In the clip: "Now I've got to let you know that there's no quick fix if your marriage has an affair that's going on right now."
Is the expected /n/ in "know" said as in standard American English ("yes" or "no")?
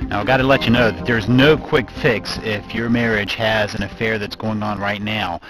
yes